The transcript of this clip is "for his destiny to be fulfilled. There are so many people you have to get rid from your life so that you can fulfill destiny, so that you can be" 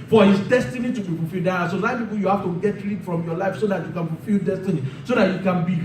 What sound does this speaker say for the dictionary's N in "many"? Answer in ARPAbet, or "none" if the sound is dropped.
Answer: none